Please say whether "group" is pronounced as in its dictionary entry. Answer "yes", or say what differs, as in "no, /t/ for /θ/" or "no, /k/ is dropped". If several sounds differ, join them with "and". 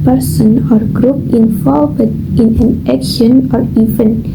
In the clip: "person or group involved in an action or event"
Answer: yes